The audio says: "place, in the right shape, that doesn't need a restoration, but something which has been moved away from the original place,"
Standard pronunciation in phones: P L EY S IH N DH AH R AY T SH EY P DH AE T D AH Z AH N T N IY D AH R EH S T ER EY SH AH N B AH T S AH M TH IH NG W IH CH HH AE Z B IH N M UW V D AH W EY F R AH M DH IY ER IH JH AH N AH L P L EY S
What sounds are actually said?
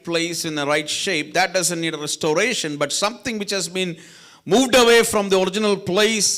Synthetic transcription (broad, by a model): P L EY S IH N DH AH R AY T SH EY P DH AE T D AH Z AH N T N IY D AH R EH S T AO EY SH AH N B AH T S AH M T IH NG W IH CH HH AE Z B IH N M UW V D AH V EY F R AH M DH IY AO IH JH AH N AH L P L EY S